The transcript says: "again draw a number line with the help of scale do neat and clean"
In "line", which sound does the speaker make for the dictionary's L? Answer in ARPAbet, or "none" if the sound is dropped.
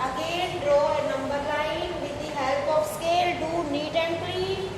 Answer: N